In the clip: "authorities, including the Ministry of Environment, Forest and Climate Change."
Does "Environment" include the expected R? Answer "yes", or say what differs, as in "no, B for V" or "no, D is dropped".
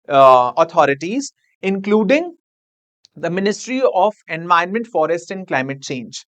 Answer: no, R is dropped